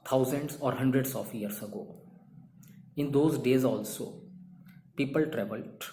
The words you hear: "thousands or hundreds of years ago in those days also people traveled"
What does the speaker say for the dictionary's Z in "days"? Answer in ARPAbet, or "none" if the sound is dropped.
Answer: Z